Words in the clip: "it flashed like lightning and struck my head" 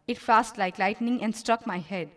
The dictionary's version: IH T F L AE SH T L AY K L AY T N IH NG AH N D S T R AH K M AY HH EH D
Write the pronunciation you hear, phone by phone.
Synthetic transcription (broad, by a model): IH T F AE S T L AY K L AY T N IH NG AH N D S T R AH K M AY HH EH D